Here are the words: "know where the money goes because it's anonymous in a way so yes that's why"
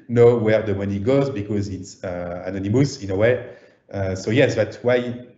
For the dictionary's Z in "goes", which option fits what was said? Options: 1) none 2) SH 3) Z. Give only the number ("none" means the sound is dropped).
3